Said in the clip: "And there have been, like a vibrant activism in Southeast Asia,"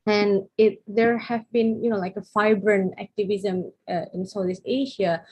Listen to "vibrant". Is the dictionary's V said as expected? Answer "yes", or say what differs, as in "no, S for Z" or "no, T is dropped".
no, F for V